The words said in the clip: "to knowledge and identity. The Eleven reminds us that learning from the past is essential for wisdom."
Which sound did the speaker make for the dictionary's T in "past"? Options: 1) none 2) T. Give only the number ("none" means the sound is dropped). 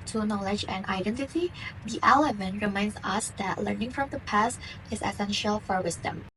2